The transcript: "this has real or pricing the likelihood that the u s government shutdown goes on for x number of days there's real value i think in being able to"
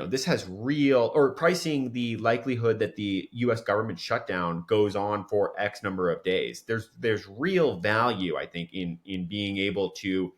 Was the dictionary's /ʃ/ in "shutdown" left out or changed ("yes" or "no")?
no